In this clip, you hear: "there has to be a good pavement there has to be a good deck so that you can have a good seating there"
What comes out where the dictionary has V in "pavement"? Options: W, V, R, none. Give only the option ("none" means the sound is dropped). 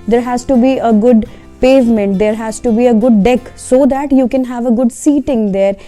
V